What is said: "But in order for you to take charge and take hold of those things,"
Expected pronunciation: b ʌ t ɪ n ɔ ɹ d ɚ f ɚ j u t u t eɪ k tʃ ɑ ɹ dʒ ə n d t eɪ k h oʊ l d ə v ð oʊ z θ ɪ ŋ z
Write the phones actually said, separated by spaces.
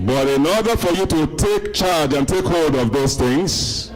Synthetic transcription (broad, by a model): b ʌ t ɪ n ɔ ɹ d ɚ f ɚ j u t u t eɪ k tʃ ɑ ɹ dʒ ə n t eɪ k h oʊ l d ə v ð oʊ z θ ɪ ŋ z